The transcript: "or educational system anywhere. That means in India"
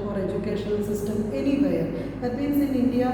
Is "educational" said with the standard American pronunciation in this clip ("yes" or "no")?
no